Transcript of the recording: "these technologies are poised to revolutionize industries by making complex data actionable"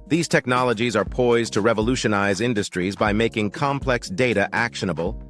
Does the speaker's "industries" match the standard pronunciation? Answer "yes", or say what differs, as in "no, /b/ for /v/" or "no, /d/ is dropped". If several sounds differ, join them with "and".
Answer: yes